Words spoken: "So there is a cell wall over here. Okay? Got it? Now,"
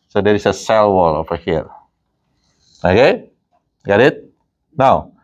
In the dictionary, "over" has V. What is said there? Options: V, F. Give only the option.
F